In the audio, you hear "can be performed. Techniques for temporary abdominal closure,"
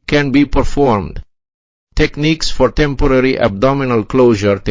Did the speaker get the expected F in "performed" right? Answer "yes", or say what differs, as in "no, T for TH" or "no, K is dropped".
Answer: yes